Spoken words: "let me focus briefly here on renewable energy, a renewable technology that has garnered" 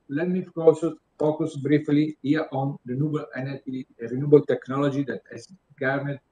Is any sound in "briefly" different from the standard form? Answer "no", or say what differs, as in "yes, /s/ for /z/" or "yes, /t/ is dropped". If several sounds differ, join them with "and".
no